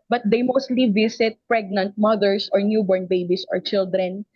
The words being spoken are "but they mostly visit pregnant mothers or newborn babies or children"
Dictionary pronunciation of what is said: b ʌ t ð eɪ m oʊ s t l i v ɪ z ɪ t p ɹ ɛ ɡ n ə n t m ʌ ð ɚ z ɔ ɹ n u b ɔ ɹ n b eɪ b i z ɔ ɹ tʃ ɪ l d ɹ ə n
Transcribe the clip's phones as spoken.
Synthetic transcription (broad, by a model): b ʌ t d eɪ m oʊ s t l i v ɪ s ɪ t p ɹ ɛ ɡ n ə n t m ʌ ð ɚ s ɔ ɹ n u b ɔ ɹ n b eɪ b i s ɔ ɹ tʃ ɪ l d ɹ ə n